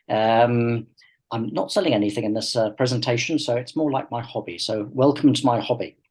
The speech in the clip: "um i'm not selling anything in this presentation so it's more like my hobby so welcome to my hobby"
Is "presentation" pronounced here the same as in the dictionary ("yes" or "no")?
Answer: yes